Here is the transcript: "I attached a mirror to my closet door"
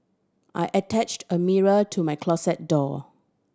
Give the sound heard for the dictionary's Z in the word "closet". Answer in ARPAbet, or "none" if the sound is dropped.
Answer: S